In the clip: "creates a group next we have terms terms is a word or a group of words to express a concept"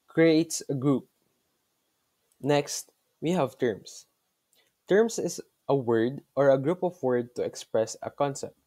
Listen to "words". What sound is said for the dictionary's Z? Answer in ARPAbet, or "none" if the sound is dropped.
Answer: none